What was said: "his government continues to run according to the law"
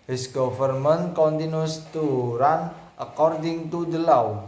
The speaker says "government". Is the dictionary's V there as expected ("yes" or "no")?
no